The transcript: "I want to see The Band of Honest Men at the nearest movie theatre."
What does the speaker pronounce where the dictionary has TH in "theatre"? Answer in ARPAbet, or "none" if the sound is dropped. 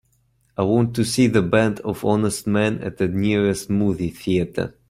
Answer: TH